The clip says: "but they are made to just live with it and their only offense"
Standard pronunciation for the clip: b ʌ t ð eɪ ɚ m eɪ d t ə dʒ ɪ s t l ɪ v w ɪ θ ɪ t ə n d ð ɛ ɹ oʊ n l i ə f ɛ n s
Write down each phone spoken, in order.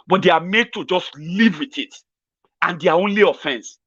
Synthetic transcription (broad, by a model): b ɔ t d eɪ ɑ m eɪ d t ə dʒ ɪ s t l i v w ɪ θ ɪ t ə n d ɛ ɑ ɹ oʊ n l i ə f ɛ n s